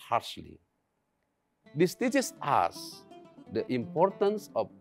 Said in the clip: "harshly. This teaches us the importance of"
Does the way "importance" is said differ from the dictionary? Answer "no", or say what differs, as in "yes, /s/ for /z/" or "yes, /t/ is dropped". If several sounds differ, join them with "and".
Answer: no